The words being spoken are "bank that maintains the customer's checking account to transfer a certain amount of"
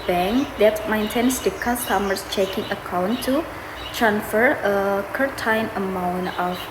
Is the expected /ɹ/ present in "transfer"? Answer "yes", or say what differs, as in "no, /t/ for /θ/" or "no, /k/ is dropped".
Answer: yes